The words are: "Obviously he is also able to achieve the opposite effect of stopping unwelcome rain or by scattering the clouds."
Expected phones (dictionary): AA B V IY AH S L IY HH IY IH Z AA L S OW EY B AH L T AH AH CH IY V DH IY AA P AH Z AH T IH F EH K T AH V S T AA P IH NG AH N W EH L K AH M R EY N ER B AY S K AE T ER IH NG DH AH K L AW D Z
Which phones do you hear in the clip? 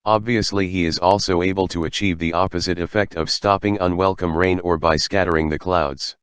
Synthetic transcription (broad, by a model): AA B V IY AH S L IY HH IY IH Z AA L S OW EY B AH L T AH AH CH IY V DH IY AA P AH Z AH T IH F EH K T AH V S T AA P IH NG AH N W EH L K AH M R EY N ER B AY S K AE T ER IH NG DH AH K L AW D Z